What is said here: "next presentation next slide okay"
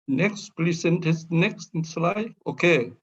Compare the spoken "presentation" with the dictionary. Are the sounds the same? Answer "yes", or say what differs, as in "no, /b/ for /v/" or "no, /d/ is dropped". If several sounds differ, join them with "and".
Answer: no, /l/ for /ɹ/ and /s/ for /z/